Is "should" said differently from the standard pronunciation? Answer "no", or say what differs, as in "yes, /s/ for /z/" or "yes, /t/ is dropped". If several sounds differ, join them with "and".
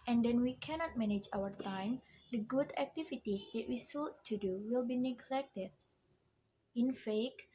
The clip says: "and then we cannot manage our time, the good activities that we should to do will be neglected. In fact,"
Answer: yes, /s/ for /ʃ/